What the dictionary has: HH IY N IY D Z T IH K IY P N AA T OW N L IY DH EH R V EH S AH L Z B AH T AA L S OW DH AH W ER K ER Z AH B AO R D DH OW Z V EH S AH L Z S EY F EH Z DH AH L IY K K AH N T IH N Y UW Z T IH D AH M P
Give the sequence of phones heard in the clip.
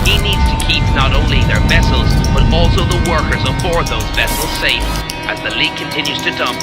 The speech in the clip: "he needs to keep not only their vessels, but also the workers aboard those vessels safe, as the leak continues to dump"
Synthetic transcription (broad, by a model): HH IY N IY D Z T IH K IY P N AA T OW N L IY DH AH R V EH S L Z B AH T AA L S OW DH AH W ER K ER Z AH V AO R DH OW Z V EH S L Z S EY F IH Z DH AH L IY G K AH N T IH N Y UW Z T IH D AH M P